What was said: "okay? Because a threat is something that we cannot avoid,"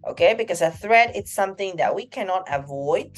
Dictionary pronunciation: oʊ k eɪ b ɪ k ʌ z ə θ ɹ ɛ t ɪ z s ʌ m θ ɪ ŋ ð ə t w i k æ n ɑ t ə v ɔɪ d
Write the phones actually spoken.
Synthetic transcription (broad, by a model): oʊ k eɪ b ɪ k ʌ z ə θ ɹ ɛ t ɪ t s ʌ m θ ɪ ŋ ð ə t w i k æ n ɑ t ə v ɔɪ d